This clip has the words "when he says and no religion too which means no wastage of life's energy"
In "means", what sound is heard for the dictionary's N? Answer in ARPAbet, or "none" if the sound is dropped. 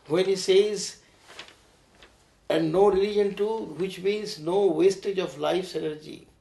none